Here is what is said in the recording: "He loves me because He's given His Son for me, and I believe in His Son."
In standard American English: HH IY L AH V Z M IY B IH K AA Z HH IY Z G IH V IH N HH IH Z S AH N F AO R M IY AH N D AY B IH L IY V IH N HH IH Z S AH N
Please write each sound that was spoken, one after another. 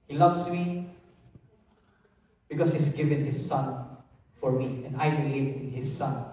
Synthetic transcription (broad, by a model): HH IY L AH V S M IY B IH K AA S HH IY S G IH V IH N HH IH S AH N F AO R M IY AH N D AY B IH L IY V IH N HH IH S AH N